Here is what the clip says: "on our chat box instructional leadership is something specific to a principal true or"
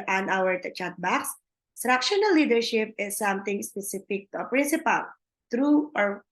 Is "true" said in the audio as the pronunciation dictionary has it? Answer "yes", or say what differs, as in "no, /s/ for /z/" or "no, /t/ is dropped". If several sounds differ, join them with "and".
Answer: yes